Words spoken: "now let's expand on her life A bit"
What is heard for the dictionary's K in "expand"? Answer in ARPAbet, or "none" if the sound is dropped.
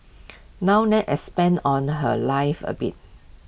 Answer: none